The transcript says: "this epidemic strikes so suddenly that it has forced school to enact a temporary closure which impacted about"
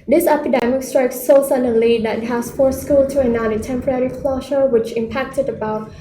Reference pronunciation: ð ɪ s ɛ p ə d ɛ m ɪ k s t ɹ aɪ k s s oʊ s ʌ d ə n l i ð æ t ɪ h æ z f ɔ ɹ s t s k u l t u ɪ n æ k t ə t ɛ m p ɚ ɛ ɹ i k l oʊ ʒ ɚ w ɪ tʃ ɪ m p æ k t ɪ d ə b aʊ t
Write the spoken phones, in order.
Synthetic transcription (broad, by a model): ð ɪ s ɛ p ə d ɛ m ɪ k s t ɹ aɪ k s s oʊ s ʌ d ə l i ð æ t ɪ h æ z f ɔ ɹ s s k u l t u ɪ n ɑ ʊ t ə t ɛ m p ɚ ɛ ɹ i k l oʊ ʃ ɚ w ɪ tʃ ɪ m p æ k t ɪ d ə b aʊ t